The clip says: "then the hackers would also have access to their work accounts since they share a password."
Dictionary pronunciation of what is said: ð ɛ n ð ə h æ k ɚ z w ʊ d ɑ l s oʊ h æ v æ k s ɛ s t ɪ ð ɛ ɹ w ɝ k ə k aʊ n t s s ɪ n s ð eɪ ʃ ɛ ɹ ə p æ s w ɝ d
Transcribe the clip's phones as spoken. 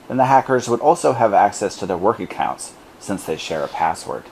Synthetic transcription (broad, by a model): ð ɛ n ð ə h æ k ɚ z w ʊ d ɑ l s oʊ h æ v æ k s ɛ s t ɪ ð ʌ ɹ w ɝ k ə k aʊ n t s s ɪ n s ð eɪ ʃ ɛ ɹ ə p æ s w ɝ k